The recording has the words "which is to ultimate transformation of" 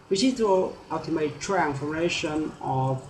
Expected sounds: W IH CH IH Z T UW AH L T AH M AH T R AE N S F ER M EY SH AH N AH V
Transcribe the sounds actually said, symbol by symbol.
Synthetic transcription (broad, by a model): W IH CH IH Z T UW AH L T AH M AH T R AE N F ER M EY SH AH N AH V